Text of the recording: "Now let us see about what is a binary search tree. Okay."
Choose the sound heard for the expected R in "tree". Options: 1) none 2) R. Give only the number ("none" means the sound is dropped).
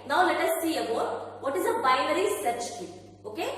1